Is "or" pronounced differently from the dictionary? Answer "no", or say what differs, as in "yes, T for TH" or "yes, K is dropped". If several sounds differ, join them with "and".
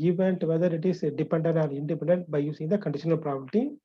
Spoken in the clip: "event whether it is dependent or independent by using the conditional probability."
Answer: yes, L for R